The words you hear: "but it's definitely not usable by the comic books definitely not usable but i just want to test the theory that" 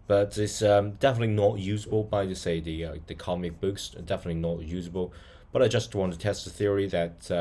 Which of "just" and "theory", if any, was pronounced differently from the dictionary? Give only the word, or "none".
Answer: none